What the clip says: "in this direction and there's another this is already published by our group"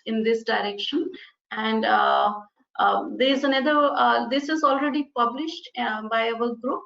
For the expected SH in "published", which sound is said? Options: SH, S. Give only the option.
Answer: SH